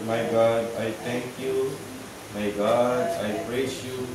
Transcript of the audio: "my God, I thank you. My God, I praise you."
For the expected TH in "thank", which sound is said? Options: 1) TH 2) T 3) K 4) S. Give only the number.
2